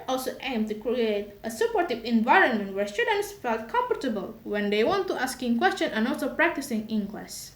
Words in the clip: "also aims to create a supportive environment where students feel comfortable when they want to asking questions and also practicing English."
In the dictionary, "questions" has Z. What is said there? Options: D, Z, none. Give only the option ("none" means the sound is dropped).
none